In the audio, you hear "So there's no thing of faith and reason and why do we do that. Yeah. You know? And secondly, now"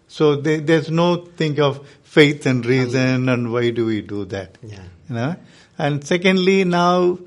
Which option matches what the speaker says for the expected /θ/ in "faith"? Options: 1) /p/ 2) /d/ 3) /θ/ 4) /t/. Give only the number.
4